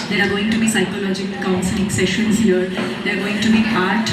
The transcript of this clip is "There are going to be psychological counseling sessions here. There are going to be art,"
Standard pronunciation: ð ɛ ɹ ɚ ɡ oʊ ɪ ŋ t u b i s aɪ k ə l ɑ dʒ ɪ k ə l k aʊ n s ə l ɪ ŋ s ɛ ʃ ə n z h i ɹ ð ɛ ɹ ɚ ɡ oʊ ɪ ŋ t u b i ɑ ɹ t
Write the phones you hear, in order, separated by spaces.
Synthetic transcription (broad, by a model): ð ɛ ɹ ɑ ɡ oʊ ɪ ŋ t u b i s aɪ k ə l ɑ dʒ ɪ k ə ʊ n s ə n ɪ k s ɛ ʃ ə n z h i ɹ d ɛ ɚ ɡ oʊ ɪ ŋ t u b i ɑ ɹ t